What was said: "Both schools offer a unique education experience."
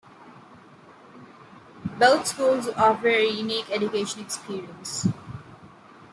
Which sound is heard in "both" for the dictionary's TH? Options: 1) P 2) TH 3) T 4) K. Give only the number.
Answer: 3